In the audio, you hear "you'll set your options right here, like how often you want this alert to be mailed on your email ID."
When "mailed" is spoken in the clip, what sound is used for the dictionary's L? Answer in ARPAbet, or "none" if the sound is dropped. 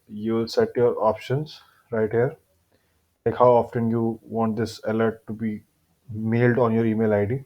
L